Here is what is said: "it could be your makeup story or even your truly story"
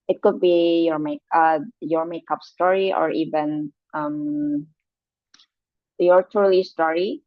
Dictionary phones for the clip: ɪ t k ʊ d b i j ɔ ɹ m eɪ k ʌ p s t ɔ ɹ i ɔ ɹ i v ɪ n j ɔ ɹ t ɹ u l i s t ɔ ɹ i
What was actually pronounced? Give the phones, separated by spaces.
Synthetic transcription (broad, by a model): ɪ t k ʊ d b i j ɔ ɹ m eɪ k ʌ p s t ɔ ɹ i ɔ ɹ i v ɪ n j ɔ ɹ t u l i s t ɔ ɹ i